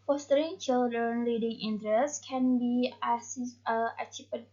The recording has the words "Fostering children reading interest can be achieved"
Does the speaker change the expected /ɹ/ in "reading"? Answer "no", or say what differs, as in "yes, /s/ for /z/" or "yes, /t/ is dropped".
yes, /l/ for /ɹ/